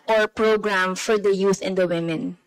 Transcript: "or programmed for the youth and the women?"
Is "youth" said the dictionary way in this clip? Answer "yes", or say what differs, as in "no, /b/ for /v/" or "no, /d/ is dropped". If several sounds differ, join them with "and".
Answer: no, /s/ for /θ/